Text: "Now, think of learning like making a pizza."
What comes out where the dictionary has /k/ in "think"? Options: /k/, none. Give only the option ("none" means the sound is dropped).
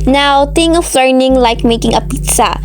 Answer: none